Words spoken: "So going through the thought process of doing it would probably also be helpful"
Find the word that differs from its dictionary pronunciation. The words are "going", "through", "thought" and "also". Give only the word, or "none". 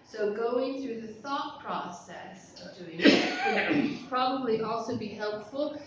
none